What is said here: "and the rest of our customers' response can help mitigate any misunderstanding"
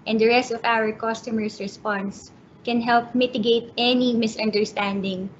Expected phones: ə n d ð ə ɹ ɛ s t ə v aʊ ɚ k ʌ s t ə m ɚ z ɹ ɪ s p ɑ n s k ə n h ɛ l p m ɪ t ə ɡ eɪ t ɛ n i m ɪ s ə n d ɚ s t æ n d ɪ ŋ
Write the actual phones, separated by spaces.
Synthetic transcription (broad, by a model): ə n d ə ɹ ɛ s t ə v aʊ ɚ k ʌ s t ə m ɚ s ɹ ɪ s p ɑ n s k ə n h ɛ l p m ɪ t ə ɡ eɪ t ɛ n i m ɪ s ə n d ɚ s t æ n d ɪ ŋ